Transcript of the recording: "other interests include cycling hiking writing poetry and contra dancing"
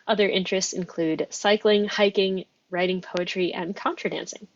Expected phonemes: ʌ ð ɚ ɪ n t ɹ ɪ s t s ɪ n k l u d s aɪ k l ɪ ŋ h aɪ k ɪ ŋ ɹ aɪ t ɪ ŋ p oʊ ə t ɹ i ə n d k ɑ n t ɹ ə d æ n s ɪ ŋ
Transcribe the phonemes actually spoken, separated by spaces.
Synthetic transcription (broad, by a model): ʌ ð ɚ ɪ n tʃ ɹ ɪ s t s ɪ n k l u d s aɪ k l ɪ ŋ h aɪ k ɪ ŋ ɹ aɪ t ɪ ŋ p oʊ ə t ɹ i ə n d k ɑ n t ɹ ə d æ n s ɪ ŋ